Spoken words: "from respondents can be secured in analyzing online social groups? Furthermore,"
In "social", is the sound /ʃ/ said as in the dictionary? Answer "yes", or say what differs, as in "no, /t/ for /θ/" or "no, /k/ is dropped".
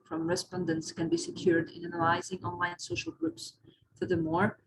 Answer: yes